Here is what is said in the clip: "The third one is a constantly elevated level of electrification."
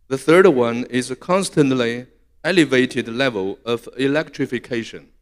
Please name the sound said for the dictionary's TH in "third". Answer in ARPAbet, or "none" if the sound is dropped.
TH